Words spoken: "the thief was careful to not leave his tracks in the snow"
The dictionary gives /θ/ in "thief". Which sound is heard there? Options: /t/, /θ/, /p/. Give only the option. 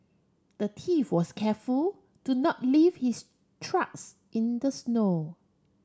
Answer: /t/